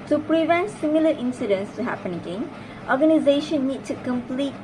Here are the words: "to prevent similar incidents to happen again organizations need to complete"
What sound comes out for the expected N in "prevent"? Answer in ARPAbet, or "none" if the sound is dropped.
N